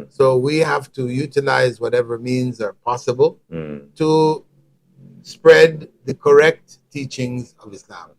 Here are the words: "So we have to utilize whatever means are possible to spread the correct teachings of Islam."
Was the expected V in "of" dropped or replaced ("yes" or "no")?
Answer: no